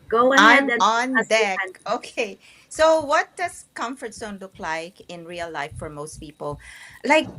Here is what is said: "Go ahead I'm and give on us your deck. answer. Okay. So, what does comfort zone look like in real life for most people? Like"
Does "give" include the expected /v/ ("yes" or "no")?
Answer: no